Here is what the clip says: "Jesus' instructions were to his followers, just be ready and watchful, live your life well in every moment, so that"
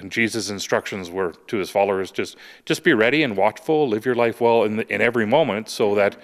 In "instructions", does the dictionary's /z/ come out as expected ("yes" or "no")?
yes